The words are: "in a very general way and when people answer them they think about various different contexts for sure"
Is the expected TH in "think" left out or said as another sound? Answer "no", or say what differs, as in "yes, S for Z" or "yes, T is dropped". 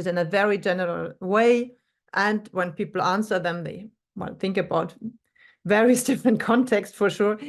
no